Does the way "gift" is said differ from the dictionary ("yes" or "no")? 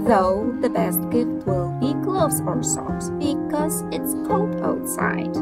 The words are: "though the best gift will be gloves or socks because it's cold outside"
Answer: yes